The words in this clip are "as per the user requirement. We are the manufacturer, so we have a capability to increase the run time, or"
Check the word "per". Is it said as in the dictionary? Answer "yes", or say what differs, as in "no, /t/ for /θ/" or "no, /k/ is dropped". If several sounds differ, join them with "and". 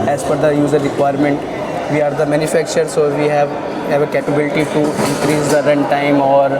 no, /f/ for /p/